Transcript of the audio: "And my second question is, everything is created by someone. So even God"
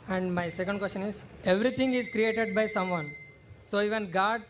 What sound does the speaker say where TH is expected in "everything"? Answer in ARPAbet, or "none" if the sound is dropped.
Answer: T